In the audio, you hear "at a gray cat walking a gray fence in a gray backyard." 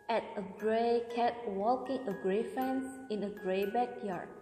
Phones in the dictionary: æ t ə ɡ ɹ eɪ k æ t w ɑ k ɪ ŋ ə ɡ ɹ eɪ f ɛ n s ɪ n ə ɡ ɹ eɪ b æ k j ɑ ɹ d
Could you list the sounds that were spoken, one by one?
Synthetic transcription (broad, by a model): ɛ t ə ɡ ɹ eɪ k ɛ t w ɑ k ɪ ŋ ə ɡ ɹ eɪ f ɛ n s ɪ n ə ɡ ɹ eɪ b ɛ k j ɑ ɹ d